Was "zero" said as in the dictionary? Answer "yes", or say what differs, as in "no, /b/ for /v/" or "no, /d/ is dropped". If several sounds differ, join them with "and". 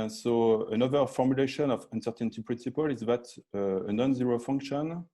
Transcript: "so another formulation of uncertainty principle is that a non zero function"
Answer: yes